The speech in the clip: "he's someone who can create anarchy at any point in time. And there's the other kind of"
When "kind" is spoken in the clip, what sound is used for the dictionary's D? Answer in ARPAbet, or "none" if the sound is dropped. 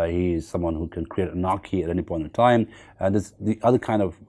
D